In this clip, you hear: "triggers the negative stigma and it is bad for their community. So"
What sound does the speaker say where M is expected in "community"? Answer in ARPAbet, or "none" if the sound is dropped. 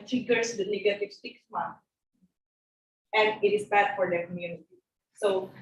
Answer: M